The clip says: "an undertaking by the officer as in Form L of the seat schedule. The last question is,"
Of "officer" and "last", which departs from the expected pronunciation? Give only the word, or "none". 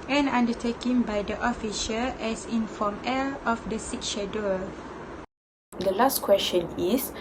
officer